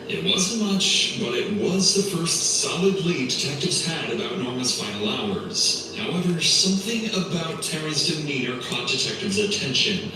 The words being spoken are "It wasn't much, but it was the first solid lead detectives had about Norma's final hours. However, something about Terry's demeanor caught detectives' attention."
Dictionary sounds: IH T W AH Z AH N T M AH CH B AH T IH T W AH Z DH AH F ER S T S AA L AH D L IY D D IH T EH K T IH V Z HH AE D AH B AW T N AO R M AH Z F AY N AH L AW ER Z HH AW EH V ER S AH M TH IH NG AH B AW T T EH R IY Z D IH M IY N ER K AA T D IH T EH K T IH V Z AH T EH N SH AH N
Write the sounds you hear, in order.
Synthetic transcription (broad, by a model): IH T W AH Z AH N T M AH CH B AH T IH T W AH Z DH AH F ER S T S AA L AH D L IY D D IH T EH K T IH V Z HH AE D AH B AW T N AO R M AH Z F AY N L AW ER Z HH AW EH V ER S AH M TH IH NG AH B AW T T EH R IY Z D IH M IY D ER K AA T D IH T EH K T IH V Z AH T EH N SH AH N